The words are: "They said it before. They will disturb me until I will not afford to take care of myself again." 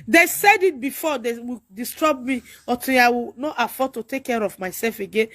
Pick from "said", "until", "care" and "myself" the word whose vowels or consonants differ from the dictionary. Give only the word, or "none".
until